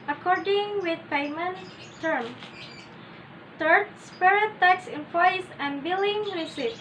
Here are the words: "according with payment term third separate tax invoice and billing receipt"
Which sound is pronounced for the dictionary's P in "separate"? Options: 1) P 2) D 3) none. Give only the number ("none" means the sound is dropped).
3